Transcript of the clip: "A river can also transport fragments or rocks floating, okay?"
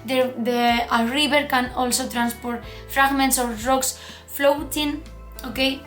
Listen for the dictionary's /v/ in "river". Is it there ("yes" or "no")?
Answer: no